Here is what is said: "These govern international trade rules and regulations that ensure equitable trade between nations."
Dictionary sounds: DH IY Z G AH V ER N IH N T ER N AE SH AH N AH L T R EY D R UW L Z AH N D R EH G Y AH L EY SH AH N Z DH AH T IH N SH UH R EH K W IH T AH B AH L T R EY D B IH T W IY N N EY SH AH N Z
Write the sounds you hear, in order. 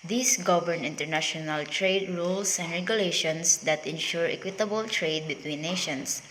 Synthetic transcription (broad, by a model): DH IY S G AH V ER N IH N T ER N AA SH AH N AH L T R EY D R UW L S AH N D R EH G Y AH L EY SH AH N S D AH T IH N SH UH R EH K W IH T AH B AH L T R EY D B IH T W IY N N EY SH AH N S